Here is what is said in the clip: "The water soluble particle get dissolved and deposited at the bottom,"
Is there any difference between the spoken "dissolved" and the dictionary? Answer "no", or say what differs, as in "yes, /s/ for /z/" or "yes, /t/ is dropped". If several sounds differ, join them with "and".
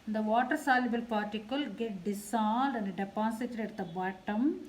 yes, /s/ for /z/ and /v/ is dropped